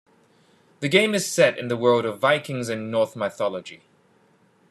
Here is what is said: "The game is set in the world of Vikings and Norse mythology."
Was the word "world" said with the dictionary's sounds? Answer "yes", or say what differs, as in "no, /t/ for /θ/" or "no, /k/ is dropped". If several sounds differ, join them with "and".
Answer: yes